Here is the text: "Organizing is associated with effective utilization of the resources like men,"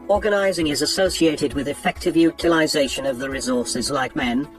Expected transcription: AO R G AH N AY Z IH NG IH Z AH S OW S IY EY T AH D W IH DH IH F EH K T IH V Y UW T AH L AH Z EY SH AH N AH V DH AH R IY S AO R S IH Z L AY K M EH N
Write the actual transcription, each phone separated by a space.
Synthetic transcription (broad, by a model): AO R G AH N AY Z IH NG IH Z AH S OW S IY EY T AH D W IH DH IH F EH K T IH V Y UW T AH L AH Z EY SH AH N AH V DH AH R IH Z AO R S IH Z L AY K M EH N